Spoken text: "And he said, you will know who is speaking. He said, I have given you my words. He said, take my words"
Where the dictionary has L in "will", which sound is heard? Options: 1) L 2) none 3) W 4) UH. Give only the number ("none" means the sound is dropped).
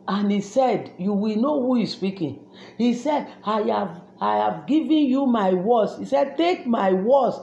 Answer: 1